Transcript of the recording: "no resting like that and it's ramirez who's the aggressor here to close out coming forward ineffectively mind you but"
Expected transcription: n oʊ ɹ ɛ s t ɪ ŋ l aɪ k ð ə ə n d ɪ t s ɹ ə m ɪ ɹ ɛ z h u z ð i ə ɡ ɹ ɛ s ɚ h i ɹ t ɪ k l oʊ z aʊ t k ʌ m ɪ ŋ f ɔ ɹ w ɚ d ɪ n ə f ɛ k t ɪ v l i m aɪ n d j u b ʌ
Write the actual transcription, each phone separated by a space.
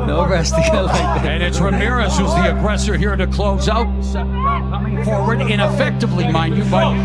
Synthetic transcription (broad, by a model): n oʊ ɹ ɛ s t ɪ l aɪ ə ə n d ɪ t s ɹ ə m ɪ ɹ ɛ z h u z ð i ə ɡ ɹ ɛ s ɚ h i ɹ t ɪ k l oʊ z aʊ t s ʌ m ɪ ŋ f ɔ ɹ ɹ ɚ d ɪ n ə f ɛ k t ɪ v l i m aɪ n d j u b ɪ